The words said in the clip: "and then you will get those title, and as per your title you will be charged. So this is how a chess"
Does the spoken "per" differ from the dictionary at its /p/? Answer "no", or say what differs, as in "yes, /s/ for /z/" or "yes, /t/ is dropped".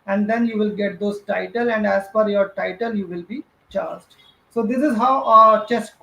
yes, /f/ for /p/